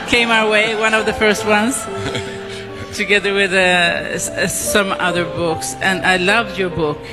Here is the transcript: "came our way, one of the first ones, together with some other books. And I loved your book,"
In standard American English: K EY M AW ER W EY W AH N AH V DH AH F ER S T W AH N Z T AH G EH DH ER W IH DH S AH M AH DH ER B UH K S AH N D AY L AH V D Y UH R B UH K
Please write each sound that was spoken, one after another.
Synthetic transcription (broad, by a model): K EY M AW ER W EY W AH N AH V DH AH F ER S T W AH N Z T AH G EH DH ER W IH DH S AH M AH DH ER B UH K S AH N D AY L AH V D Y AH R B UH K